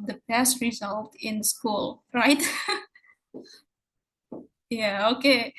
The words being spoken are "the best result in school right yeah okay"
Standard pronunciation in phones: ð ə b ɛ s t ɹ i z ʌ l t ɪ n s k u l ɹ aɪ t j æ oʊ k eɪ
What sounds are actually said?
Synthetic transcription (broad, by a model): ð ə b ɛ s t ɹ i z ʌ l t ɪ n s k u l ɹ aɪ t j æ oʊ k eɪ